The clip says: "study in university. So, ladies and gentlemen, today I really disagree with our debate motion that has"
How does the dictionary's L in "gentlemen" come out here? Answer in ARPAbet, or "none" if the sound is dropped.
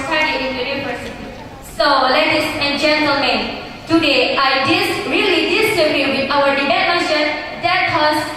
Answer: L